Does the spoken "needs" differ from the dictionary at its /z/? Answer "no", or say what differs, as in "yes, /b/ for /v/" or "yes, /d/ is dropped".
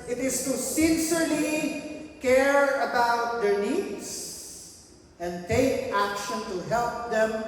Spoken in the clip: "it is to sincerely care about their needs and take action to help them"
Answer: yes, /s/ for /z/